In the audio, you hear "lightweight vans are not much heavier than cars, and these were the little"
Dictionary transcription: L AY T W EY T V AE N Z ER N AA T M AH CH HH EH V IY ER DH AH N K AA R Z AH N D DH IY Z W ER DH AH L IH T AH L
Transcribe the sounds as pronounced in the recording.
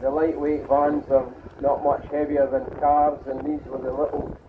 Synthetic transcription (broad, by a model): L AY T W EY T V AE N Z ER N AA T M AH CH HH EH V IY ER DH AH N K AA R Z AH N DH IY Z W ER DH AH L IH T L